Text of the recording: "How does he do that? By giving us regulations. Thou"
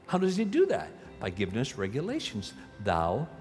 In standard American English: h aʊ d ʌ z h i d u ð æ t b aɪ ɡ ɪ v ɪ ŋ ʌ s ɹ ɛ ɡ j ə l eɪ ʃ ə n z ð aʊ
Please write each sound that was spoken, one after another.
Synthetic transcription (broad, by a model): h aʊ d ʌ z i d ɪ ð æ t b aɪ ɡ ɪ v ɪ ŋ ʌ s ɹ ɛ ɡ j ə l eɪ ʃ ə n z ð aʊ